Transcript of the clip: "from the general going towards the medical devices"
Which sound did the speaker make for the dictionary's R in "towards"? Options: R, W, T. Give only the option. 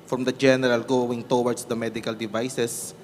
W